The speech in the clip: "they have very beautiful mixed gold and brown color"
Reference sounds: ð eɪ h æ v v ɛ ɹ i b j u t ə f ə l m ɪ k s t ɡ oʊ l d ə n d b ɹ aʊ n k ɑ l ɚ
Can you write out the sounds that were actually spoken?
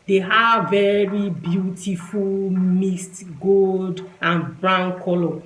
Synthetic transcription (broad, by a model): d eɪ h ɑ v v ɛ ɹ i b j u t ə f ə l m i s t ɡ oʊ l d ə n b ɹ aʊ n k ɑ l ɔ